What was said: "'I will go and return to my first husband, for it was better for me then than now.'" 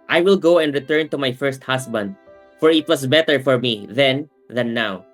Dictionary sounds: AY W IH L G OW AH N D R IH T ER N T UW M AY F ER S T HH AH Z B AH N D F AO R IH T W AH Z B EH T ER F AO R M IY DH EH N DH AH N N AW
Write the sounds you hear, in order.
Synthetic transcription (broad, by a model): AY W IH L G OW AH N D R IH T ER N T UW M AY F ER S T HH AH S B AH N D F AO R IH T W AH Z B EH T ER F AO R M IY DH EH N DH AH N N AW